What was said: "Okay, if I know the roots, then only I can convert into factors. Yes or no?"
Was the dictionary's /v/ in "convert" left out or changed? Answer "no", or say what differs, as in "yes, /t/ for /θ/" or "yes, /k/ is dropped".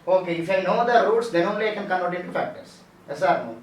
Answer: yes, /v/ is dropped